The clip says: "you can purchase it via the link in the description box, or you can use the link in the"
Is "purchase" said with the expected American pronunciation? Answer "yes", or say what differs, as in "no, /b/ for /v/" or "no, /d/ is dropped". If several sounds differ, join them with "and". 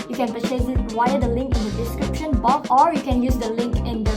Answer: no, /s/ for /tʃ/ and /s/ is dropped